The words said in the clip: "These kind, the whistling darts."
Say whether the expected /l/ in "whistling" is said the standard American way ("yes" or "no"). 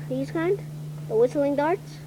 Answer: yes